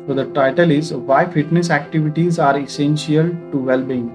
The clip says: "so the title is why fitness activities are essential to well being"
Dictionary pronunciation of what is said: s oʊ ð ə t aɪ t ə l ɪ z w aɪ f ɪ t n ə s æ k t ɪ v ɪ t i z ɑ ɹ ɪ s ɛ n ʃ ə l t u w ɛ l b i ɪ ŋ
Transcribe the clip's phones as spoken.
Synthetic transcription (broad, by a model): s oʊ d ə t aɪ t ə l ɪ z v aɪ f ɪ t n ə s æ k t ɪ v ɪ t i z ɑ ɹ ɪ s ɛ n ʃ ə l t u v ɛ l b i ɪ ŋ